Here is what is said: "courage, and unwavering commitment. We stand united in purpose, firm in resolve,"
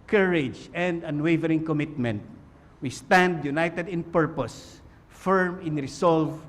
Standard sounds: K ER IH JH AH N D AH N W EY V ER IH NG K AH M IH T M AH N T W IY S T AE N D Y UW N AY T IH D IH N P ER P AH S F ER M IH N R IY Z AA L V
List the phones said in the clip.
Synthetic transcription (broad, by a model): K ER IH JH AH N D AH N W EY V ER IH NG K AH M IH T M AH N T W IY S T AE N D Y UW N AY T IH D IH N P ER P AH S F ER M IH N R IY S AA L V